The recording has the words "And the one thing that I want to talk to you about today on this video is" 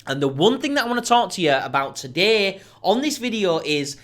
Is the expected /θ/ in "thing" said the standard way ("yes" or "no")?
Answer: yes